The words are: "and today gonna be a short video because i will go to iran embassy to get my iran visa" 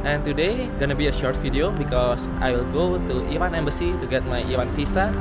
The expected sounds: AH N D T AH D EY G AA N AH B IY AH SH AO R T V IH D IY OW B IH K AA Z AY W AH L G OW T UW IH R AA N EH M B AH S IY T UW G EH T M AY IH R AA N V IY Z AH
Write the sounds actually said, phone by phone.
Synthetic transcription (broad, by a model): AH N T AH D EY G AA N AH B IY AH SH AO R T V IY D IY OW B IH K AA S AY W AH L G OW T UW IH W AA N EH M B AH S IY T UW G EH T M AY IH W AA N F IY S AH